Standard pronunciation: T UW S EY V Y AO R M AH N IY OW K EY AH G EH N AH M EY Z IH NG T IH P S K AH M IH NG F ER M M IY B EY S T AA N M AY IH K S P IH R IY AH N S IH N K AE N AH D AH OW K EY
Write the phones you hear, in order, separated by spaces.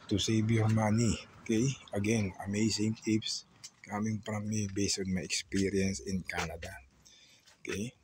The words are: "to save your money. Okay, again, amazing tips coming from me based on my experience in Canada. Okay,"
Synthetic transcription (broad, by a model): T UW S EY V Y AO R M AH N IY OW K EY AH G EH N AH M EY S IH NG T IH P S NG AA M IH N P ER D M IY B EY S T AA N M AY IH K S P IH R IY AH N S IH N K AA N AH D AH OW K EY